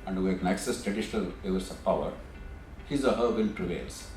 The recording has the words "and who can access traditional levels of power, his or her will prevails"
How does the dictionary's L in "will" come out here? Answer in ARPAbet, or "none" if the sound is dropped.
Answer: N